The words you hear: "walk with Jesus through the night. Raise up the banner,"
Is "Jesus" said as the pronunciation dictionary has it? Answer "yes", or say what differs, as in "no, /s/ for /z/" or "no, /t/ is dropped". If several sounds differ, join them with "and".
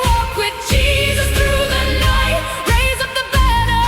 yes